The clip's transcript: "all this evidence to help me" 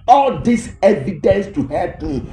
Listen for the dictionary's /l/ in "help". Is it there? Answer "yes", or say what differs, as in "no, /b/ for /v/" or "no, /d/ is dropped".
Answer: no, /l/ is dropped